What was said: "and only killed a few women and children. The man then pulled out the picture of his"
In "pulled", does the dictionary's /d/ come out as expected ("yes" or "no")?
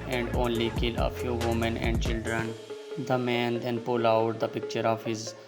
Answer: no